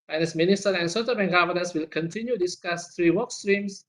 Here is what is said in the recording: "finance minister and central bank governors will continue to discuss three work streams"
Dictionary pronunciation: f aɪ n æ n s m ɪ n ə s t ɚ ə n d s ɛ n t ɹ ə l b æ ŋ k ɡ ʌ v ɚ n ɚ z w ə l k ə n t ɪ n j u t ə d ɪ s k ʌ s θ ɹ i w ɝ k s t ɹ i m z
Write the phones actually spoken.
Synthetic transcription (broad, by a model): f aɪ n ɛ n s m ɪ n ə s t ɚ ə n s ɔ t ə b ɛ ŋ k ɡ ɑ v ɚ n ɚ s w ə l k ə n t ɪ n j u d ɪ s k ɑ s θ ɹ i w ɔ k s t ɹ i m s